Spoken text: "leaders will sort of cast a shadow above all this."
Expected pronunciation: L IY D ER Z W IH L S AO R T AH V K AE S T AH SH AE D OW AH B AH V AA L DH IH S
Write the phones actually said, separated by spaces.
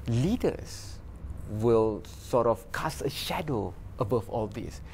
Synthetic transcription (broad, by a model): L IY D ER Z W IH L S AO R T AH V K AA S AH SH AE D OW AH B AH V AA L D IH S